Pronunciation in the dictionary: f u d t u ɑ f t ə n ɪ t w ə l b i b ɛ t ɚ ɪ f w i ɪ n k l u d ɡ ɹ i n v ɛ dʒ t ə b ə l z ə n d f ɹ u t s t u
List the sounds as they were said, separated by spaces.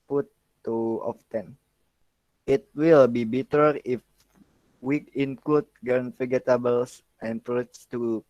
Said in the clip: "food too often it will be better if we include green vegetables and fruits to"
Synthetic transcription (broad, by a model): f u t u ɑ f t ə n ɪ t w ə l b i b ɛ t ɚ ɪ f w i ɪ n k u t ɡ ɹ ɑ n f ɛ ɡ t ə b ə l s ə n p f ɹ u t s t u